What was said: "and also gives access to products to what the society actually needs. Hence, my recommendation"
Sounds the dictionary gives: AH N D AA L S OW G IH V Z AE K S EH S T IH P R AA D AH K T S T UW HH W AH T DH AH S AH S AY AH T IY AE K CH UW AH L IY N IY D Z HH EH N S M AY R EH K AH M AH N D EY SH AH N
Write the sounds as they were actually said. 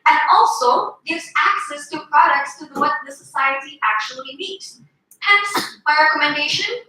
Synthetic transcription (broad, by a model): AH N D AA L S OW G IH V Z AE K S EH S T IH P R AA D AH K T S T UW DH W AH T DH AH S AH S AY AH T IY AE K CH UW AH L IY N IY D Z HH EH N S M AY R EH K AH M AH N D EY SH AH N